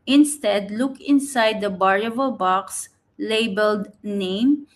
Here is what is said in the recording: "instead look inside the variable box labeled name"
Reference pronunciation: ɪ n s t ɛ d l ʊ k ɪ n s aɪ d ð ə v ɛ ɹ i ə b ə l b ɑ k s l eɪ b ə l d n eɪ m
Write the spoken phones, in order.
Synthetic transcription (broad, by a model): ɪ n s t ɛ d l ʊ k ɪ n s aɪ d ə b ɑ ɹ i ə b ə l b ɑ k s l eɪ b ə l d n eɪ m